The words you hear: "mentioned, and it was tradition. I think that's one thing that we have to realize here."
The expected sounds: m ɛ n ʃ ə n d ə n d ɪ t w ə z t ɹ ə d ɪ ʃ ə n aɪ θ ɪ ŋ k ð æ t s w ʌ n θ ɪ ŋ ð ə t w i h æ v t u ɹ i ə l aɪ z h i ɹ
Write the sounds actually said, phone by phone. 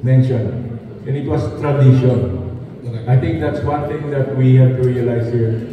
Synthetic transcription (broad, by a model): m ɛ n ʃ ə n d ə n ɪ t w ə s t ɹ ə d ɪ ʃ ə n aɪ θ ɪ ŋ k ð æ t s w ʌ n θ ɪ ŋ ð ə t w i h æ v t u ɹ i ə l aɪ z h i ɹ